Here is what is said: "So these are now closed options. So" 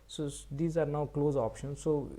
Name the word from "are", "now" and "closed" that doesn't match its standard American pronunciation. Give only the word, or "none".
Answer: closed